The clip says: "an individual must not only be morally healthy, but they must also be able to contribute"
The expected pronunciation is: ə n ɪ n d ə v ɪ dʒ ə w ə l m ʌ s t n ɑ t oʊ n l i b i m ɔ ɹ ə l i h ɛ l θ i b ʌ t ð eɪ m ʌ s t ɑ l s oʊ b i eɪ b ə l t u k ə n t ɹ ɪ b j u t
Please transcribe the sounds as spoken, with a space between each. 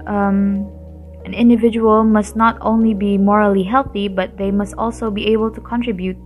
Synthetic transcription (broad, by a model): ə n ɪ n d ə v ɪ dʒ ə w ə l m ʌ s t n ɑ t oʊ n l i b i m ɔ ɹ ə l i h ɛ l θ i b ʌ t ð eɪ m ʌ s t ɑ l s oʊ b i eɪ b ə l t u k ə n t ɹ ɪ b j u t